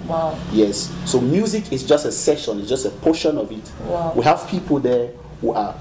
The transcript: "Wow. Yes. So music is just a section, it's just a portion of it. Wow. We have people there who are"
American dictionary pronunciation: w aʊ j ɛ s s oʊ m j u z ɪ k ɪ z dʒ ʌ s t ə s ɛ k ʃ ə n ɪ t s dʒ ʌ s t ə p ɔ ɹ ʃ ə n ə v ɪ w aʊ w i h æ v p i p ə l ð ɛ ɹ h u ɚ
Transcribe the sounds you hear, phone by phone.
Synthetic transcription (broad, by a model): w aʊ j ɛ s s oʊ m j u z ɪ k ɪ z dʒ ʌ s t ə s ɛ ʃ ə n ɪ t s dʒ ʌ s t ə p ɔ ʃ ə n ə v ɪ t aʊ w i h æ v p i p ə l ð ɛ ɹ h u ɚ